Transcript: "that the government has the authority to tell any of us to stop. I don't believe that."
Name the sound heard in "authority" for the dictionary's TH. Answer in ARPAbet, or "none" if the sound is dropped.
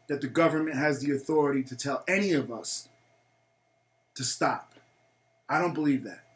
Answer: TH